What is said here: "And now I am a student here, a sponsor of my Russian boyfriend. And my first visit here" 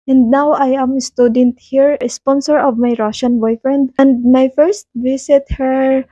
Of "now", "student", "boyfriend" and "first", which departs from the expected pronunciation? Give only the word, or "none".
none